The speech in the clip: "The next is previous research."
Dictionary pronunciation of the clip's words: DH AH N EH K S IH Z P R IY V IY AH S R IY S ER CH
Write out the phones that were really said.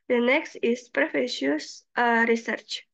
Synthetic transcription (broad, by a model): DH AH N EH K S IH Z P R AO F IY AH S R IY S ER CH